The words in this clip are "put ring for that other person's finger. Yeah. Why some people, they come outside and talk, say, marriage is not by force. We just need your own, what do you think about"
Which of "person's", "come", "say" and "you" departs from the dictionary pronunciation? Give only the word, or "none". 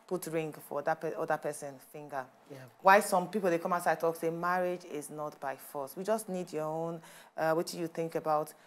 person's